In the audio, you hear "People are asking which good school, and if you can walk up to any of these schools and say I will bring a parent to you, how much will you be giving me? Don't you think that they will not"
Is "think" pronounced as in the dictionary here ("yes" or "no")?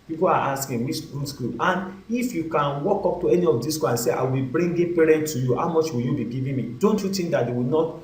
no